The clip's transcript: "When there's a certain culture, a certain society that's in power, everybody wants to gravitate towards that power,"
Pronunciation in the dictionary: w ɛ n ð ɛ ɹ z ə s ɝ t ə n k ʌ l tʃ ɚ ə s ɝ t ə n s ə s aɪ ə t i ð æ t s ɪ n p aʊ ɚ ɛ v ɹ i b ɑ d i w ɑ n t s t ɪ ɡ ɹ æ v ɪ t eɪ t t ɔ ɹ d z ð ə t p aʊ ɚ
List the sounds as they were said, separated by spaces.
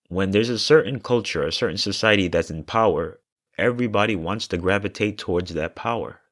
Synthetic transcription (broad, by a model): w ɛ n ð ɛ ɹ z ə s ɝ t n k ʌ l tʃ ɚ ə s ɝ t n s ə s aɪ ə t i ð æ t s ɪ n p aʊ ɚ ɛ v ɹ i b ɑ d i w ɑ n t s t ɪ ɡ ɹ æ v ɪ t eɪ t t ɔ ɹ d z ð ə t p aʊ ɚ